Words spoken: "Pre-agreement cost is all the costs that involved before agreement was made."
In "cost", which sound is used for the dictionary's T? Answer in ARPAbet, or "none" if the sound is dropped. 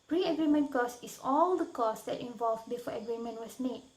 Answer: none